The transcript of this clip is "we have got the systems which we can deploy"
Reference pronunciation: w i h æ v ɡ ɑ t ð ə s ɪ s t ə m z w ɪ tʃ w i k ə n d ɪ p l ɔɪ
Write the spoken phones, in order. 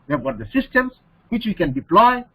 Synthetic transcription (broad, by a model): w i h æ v ɡ ɑ t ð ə s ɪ s t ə m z w ɪ tʃ w i k ə n d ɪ p l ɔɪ